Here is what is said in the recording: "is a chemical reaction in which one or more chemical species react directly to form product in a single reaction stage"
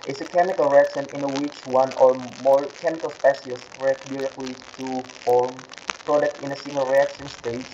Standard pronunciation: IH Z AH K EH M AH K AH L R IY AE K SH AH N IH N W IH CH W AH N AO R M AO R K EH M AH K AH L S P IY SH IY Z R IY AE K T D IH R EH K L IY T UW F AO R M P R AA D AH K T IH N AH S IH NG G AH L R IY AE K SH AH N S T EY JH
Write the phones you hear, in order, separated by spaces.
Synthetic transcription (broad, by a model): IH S AH K EH M AH K AH L R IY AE K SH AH N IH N W IH CH W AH N AO R M AO R K EH M AH K AH L S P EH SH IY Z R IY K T D IH R EH K L IY T UW F AO R M P R AA D AH K T IH N AH S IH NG G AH L R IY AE K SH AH N S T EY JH